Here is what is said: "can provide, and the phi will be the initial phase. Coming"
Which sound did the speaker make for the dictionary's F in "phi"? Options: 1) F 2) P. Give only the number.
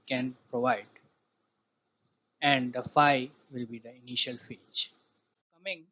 1